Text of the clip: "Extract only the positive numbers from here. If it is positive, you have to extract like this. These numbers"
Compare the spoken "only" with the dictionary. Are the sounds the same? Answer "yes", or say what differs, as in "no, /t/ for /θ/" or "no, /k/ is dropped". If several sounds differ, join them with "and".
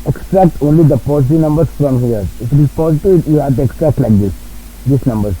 yes